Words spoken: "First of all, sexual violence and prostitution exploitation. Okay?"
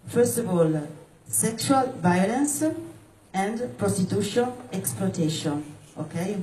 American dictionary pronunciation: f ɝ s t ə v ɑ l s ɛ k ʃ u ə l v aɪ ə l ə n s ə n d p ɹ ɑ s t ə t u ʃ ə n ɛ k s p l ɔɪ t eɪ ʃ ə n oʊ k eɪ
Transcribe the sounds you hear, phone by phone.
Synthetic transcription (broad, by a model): f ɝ s t ə v ɑ l s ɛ k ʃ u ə l v aɪ ə l ə n s ə n d p ɹ ɑ s t ə t u ʃ ə n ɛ k s p l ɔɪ t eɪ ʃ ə n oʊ k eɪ